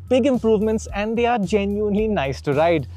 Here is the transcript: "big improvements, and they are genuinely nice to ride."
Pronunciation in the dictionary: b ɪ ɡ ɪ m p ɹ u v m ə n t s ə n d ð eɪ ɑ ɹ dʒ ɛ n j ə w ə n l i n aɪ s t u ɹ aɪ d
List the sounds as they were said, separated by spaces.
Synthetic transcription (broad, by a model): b ɪ ɡ ɪ m p ɹ u v m ə n t s ə n d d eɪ ɑ ɹ dʒ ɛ n j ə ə n l i n aɪ s t u ɹ aɪ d